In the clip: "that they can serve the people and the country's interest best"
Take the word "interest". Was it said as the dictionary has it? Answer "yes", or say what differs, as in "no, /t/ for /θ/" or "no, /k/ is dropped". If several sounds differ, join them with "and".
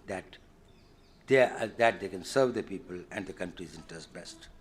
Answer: no, /ɹ/ is dropped